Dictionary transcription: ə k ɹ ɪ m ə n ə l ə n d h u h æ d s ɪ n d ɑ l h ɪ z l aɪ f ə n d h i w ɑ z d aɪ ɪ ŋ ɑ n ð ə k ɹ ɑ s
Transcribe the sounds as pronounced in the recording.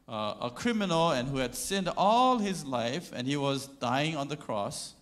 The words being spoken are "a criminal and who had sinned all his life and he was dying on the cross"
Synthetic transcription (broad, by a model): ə k ɹ ɪ m ə n ə l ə n h u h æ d s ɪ n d ɑ l h ɪ z l aɪ f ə n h i w ɑ z d aɪ ɪ ŋ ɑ n ð ə k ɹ ɑ s